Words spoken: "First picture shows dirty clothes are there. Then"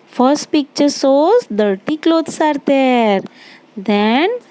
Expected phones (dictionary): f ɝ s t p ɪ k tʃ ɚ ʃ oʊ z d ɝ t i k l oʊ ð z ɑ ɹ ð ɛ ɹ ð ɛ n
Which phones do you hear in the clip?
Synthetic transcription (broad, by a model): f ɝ s t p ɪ k tʃ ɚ s oʊ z d ɝ t i k l oʊ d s ɑ ɹ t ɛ ɹ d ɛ n